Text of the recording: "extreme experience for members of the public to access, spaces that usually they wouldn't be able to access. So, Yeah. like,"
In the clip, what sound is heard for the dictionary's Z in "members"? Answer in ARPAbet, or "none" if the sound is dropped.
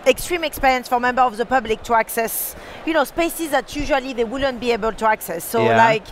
none